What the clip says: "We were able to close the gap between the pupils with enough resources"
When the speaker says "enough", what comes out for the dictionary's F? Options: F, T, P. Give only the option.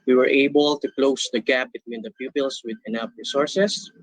P